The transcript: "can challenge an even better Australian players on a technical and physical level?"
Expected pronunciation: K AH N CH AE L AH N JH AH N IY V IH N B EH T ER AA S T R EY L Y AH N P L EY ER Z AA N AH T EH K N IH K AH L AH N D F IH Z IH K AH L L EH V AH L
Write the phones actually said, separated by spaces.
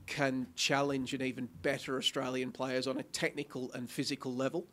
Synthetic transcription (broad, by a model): K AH N CH AE L AH N JH AH N IY V IH N B EH T ER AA S T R EY L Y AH N P L EY ER Z N AH T EH K N IH K AH L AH N F IH Z IH K AH L L EH V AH L